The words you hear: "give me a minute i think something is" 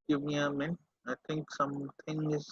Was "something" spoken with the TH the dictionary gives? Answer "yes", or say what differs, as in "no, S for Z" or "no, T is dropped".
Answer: no, T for TH